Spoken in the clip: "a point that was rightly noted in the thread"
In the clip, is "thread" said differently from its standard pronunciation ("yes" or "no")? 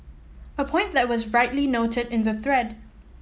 no